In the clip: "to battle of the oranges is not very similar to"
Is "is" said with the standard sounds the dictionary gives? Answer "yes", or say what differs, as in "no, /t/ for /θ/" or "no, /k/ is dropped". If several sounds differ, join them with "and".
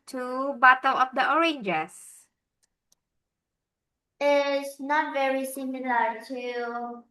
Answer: no, /s/ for /z/